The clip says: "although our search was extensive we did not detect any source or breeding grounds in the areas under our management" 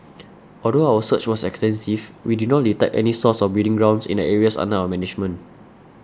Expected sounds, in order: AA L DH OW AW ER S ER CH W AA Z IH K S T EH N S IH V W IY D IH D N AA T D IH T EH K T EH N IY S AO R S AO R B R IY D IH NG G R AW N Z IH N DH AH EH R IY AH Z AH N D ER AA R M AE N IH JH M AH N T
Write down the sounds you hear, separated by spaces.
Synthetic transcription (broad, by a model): AA L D OW AW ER S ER CH W AA S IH K S T EH N S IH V W IY D IH D N AA T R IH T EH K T EH N IY S AO S AO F B IY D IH NG G R AW N S IH N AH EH R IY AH S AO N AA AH M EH N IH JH M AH N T